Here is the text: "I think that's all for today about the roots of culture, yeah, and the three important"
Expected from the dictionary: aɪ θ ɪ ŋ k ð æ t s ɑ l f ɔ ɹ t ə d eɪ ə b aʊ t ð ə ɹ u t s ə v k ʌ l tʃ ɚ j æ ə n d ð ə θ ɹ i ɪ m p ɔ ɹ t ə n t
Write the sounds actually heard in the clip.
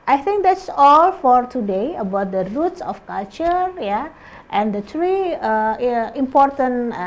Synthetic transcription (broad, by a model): aɪ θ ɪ ŋ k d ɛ t s ɑ l f ɔ ɹ t ə d eɪ ə b aʊ t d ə ɹ u t s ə f k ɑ l tʃ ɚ j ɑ ə n d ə t ɹ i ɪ m p ɔ ɹ t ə n